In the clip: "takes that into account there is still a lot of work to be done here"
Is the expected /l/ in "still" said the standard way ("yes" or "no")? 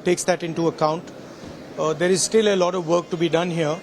yes